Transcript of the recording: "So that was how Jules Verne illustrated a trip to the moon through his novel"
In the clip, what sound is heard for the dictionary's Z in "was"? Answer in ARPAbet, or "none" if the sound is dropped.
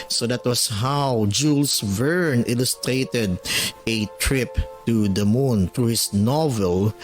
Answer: S